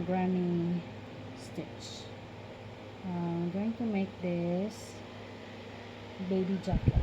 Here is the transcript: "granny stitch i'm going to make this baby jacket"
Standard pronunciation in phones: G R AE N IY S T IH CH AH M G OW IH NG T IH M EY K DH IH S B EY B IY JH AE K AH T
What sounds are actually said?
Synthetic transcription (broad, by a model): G R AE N IY S T IH CH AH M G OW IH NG T IH M EY K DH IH S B EY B IY JH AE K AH